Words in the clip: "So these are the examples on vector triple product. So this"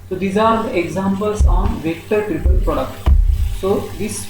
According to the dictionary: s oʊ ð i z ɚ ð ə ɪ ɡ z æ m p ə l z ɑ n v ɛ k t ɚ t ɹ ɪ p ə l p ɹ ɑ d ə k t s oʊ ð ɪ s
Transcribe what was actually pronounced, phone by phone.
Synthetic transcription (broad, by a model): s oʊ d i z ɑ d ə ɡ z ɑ m p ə l s ɑ n v ɛ k t ɚ t ɹ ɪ p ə l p ʌ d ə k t s oʊ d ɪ s